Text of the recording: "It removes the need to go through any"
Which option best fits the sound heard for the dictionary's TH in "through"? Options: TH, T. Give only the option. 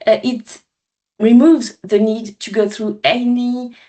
TH